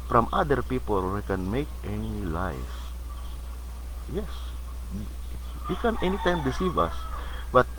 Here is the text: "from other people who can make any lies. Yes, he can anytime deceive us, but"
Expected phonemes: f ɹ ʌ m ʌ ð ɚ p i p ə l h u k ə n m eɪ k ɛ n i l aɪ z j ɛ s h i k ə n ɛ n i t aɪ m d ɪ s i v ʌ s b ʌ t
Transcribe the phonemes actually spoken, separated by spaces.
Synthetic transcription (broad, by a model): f ɹ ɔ m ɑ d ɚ p i p ə l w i k ə n m eɪ k ɛ n i l aɪ s j ɛ s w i k ə n ɛ n i t aɪ m d ɪ s i v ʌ s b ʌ t